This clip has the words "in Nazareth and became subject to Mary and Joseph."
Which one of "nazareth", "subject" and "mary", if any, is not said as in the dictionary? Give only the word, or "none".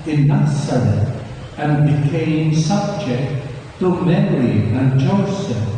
nazareth